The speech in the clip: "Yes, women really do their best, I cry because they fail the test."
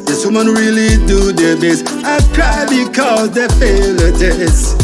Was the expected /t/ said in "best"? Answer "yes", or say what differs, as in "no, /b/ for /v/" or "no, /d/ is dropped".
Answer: no, /t/ is dropped